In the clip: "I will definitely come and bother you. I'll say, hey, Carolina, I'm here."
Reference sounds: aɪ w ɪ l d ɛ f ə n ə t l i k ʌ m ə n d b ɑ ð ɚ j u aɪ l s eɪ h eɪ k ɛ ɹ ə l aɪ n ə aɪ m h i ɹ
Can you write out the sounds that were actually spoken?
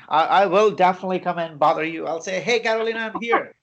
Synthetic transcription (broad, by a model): aɪ w ɪ l d ɛ f ə n ə t l i k ʌ m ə n b ɑ ð ɚ j u aɪ l s eɪ h eɪ k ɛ ɹ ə l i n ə aɪ m h i ɹ